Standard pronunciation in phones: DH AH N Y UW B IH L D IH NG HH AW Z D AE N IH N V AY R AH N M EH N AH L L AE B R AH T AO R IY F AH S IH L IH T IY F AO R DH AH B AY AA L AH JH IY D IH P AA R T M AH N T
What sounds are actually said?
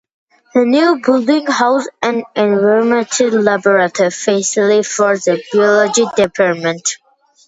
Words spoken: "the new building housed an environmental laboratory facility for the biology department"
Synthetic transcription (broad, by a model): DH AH N Y UW B IH L D IH NG HH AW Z AE N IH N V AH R M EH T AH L L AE B R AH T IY F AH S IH L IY F AO R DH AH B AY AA L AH JH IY D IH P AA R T M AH N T